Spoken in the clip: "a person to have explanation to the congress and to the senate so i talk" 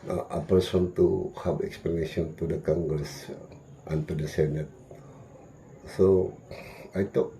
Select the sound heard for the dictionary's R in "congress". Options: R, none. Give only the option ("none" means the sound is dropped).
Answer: none